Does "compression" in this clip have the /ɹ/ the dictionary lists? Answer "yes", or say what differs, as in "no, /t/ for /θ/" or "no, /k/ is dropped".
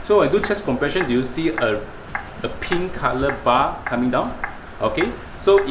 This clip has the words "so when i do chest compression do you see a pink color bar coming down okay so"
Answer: yes